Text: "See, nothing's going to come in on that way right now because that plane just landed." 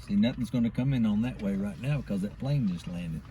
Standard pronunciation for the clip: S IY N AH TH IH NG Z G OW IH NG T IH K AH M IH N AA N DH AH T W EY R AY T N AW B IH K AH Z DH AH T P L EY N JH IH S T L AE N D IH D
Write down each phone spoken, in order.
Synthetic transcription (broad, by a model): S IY N AH TH IH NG Z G OW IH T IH K AH M IH N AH N DH AH T W EY R AY T N AW B IH K AH Z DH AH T B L EY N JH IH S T L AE N D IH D